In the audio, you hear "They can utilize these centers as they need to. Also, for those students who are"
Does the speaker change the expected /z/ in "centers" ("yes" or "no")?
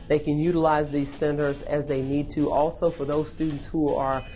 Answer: no